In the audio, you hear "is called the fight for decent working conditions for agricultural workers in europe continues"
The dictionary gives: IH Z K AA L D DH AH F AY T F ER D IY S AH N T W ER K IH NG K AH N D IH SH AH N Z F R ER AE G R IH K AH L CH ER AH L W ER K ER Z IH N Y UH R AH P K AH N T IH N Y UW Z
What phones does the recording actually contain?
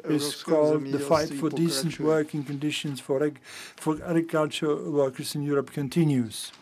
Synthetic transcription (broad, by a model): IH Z K AA L D DH AH F AY T F ER D IY S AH N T W ER K IH NG K AH N D IH SH AH N Z F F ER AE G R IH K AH L CH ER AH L W ER K ER Z IH N Y UH R AH P K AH N T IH N Y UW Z